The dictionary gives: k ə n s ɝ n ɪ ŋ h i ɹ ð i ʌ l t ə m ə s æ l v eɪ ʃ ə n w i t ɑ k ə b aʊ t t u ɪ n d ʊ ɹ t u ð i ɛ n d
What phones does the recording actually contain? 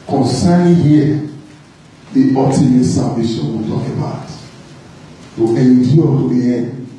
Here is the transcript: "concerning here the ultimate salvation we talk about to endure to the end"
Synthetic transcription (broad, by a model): k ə n s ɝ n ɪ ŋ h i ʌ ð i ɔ t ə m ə s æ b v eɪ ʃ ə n w i t ɑ k ə b aʊ t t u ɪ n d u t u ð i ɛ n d